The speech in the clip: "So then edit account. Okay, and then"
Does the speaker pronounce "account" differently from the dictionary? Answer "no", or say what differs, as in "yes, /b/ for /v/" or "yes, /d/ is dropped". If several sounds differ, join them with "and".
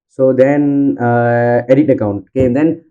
no